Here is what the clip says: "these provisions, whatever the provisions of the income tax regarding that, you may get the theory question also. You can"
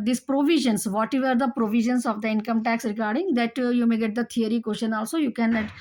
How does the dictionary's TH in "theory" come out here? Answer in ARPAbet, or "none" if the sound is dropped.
T